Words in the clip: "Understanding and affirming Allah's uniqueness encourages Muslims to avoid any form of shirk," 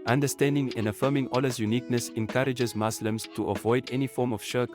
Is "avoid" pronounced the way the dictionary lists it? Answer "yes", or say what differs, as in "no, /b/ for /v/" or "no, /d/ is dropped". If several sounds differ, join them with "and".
yes